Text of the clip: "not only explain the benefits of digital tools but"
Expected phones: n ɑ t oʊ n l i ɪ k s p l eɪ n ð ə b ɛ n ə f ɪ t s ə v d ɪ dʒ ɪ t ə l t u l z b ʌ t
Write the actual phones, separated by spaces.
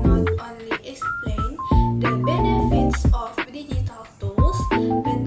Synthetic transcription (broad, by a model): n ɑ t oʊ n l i ɪ k s p l eɪ n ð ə b ɛ n ə f ɪ t s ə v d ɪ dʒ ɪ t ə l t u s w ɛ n